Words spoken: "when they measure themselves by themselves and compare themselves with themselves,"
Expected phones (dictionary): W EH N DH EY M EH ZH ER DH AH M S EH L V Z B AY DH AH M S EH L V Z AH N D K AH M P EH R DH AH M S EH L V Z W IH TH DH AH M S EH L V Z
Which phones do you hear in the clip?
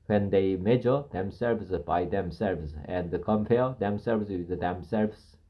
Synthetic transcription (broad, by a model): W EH N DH EY M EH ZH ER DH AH M S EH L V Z B AY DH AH M S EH L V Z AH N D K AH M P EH L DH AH M S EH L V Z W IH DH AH M S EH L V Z